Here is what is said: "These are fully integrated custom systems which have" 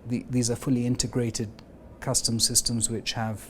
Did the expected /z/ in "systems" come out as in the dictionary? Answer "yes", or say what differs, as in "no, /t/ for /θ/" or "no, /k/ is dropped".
yes